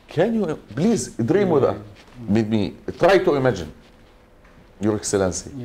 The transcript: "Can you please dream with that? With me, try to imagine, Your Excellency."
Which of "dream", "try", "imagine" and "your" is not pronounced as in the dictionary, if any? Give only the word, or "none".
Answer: none